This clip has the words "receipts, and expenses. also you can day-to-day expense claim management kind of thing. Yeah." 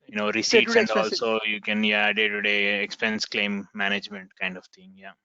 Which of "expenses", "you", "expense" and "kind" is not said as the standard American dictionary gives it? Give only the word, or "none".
expenses